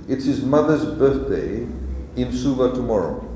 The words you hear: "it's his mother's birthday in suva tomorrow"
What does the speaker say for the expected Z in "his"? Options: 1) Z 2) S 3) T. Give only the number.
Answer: 1